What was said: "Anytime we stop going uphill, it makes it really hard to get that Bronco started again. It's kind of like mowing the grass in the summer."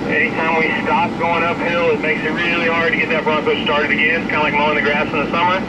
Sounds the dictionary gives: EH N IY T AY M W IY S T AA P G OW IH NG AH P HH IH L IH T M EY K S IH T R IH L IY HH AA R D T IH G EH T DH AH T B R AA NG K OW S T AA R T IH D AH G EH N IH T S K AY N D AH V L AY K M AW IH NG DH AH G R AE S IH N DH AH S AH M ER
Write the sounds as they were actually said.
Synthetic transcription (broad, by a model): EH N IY T AY M W IY S T AA P G OW IH NG AH P HH IH L IH T M EY K S IH T R IH L IY HH AA R D T IH G EH T DH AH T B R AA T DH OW S T AA R T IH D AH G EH IH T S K AY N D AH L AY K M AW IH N DH AH G R AE S IH N DH AH S AH M ER